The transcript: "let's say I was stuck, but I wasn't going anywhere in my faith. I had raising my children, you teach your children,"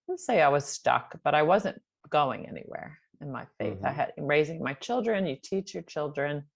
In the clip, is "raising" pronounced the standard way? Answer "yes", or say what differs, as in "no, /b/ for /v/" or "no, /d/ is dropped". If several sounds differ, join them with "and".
yes